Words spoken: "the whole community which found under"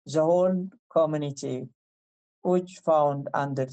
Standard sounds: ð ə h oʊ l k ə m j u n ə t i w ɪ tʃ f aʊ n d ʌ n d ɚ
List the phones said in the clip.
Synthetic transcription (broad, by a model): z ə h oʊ n k ə m j u n ə t i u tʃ f aʊ n d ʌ n d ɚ